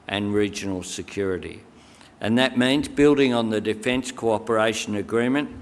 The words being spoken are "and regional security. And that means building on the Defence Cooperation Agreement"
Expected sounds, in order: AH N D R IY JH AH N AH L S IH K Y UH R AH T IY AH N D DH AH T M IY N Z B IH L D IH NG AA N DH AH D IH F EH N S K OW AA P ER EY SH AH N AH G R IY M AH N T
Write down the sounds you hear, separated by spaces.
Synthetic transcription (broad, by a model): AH N R IY JH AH N L S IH K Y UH R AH T IY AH N DH AH T M IY N Z B IH L D IH NG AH N DH AH D IH F EH N S K OW AA P ER EY SH AH N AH G R IY M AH N T